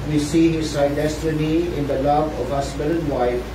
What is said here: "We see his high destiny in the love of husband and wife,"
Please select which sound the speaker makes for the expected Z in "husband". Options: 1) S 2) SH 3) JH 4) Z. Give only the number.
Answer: 1